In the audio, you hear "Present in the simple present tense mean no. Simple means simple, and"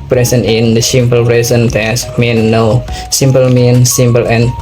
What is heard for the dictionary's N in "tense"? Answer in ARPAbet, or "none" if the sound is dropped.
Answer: none